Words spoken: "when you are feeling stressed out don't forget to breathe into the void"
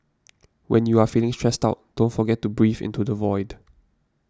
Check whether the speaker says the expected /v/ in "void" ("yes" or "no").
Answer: yes